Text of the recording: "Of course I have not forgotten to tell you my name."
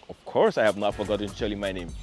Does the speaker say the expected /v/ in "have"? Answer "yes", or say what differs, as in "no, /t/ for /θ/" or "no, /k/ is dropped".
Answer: yes